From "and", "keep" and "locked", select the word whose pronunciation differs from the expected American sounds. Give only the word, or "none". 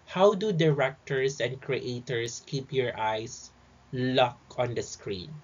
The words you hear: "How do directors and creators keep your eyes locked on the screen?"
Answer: locked